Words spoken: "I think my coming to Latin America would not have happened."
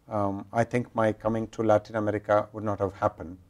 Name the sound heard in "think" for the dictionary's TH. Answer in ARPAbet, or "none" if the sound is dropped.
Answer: T